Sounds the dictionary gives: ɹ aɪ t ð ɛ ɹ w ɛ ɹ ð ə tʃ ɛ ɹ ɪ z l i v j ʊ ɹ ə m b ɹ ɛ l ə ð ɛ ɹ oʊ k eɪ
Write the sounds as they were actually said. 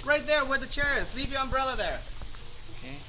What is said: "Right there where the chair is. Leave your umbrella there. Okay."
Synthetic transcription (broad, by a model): ɹ aɪ t ð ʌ ɹ w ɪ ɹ ð ə tʃ ɛ ɹ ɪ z l i v j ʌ ɹ ə m b ɹ ɛ l ə ð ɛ ɹ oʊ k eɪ